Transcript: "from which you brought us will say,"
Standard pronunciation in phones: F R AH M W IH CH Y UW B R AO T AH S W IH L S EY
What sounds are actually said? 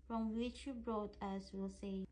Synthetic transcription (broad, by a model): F R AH M W IH CH Y UW B R AO T AH S W IH L S EY